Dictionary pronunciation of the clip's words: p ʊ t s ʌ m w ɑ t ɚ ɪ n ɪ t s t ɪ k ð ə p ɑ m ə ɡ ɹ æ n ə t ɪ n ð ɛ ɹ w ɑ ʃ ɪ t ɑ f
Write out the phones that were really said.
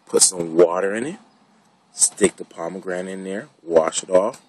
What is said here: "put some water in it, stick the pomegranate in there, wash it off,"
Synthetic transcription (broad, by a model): p ʊ t s ʌ m w ɑ t ɚ ɪ n ɪ t s t ɪ k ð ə p ɑ m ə ɡ ɹ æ ə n ɪ n ð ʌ ɹ w ɑ ʃ ɪ t ɑ f